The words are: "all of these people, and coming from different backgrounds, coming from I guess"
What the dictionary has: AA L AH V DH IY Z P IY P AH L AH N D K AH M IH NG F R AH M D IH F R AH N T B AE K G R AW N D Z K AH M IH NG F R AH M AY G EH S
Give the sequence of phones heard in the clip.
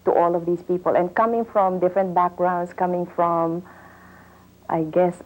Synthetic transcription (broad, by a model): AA L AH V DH IY S P IY P AH L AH N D K AH M IH NG F R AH M D IH F R AH N T B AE K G R AW N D S K AH M IH NG F R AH M AY G EH S